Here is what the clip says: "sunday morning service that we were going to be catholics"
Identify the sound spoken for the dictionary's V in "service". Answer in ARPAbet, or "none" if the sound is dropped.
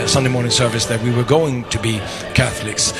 V